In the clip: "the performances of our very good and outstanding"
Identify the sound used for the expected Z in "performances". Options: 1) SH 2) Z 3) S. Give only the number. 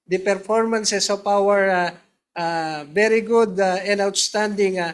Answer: 3